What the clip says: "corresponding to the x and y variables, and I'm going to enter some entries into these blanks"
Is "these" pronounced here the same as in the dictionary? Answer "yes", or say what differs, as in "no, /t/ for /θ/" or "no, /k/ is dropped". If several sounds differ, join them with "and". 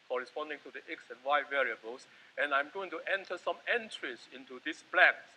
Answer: no, /s/ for /z/